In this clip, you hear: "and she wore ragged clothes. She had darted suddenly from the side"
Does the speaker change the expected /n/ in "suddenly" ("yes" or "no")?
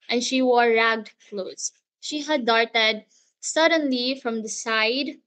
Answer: no